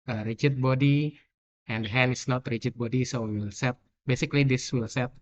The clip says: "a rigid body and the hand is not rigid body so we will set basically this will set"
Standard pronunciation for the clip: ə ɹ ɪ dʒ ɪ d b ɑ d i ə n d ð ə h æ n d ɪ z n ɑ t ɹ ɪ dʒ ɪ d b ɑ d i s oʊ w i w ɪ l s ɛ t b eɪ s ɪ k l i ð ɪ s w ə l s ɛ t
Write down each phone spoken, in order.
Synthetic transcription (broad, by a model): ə ɹ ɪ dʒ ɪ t b ɑ d i ə n d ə h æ n ɪ s n ɑ t ɹ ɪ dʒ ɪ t b ɑ d i s oʊ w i w ɪ l s ɛ t b eɪ s ɪ k l i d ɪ s w ə l s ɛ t